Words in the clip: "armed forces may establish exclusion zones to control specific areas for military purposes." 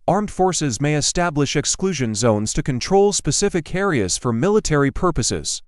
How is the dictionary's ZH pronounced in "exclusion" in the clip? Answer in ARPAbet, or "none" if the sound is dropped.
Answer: ZH